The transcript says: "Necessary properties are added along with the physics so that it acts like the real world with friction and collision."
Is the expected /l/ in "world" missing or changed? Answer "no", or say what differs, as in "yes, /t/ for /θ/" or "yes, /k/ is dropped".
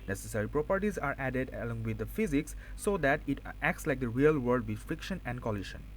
yes, /l/ is dropped